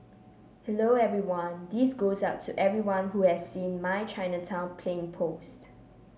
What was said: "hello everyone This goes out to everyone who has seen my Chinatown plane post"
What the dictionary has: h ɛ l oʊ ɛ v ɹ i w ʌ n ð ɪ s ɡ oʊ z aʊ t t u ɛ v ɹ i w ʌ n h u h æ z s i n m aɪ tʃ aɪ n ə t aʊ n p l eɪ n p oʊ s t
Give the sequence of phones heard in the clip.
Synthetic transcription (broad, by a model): h ɛ l oʊ ɛ v ɹ i w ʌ n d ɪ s ɡ oʊ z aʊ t t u ɛ v ɹ i w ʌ n h u h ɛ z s i n m aɪ tʃ aɪ n ə t aʊ n p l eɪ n p oʊ s t